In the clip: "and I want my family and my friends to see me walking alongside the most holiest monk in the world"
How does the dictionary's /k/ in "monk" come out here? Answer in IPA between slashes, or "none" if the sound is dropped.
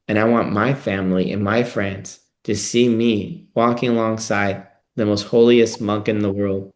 /k/